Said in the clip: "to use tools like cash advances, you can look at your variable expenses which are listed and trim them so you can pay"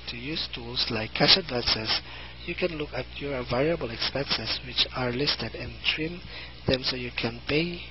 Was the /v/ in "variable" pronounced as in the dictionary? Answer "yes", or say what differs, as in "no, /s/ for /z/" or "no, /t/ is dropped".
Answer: yes